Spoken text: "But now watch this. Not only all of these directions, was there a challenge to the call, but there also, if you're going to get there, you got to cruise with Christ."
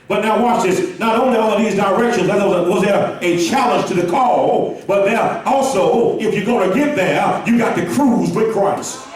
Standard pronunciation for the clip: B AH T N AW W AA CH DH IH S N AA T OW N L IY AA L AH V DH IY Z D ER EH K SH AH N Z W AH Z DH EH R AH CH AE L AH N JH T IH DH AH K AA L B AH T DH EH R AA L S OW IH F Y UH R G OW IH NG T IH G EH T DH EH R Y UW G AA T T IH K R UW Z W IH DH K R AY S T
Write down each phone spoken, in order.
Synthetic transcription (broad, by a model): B AH T N AW W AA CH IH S N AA T OW N L IY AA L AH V DH IY Z D ER EH K SH AH N Z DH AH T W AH W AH CH AE L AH N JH T IH DH AH K AA L B AH T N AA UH AA L S OW IH F Y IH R G OW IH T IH G EH T DH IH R Y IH G AA T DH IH K R UW Z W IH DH K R AY S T